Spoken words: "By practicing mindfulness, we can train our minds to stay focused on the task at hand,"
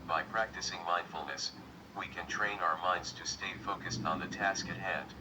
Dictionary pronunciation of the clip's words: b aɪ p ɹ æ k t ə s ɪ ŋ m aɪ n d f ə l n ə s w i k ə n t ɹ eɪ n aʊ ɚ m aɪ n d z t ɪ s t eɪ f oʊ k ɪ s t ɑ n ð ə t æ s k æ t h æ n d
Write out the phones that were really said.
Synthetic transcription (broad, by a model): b aɪ p ɹ æ k t ə s ɪ ŋ m aɪ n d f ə l n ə s w i k ə n t ɹ eɪ n aʊ ɚ m aɪ n d z t ɪ s t eɪ f oʊ k ɪ s t n ð ə t æ s k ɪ t h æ n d